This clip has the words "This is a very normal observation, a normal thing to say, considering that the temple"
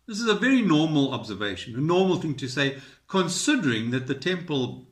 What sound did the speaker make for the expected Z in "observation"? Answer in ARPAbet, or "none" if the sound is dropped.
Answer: Z